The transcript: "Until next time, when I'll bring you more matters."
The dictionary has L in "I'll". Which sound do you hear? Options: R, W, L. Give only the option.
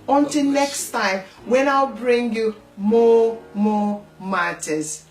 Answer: L